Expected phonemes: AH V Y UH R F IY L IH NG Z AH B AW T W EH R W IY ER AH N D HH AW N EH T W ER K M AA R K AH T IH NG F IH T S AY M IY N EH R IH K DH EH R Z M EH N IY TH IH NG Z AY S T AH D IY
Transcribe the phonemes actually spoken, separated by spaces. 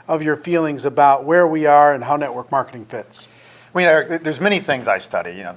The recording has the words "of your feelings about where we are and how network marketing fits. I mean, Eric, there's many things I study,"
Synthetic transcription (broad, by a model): AH V Y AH R F IY L IH NG Z AH B AW T W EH R W IY ER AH N HH AW N EH T W ER K M AA R K AH T IH NG F IH T S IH M IY N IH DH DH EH R Z M EH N IY TH IH NG Z AY S T AH D IY